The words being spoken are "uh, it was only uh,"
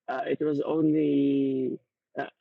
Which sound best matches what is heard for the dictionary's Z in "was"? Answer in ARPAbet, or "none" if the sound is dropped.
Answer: Z